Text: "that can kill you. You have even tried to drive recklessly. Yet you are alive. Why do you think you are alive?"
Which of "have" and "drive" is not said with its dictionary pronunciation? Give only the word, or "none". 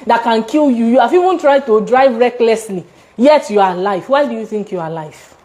have